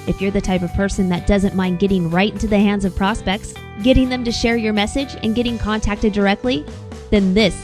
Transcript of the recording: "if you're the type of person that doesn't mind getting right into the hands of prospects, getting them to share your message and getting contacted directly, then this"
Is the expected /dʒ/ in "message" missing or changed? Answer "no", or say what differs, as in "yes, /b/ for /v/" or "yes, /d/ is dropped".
no